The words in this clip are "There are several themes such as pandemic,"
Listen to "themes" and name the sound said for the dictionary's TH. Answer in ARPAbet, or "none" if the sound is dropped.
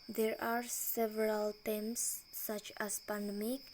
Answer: T